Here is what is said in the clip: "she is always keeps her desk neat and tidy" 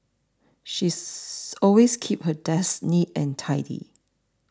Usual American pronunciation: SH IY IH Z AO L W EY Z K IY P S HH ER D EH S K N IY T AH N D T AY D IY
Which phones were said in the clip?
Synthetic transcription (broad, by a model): SH IY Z AO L W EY S K IY P HH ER D EH S N IY T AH N T AY D IY